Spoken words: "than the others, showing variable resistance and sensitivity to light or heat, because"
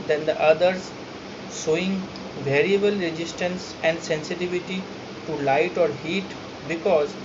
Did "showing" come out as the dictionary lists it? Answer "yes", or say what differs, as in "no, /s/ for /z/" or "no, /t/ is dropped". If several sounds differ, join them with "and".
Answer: no, /s/ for /ʃ/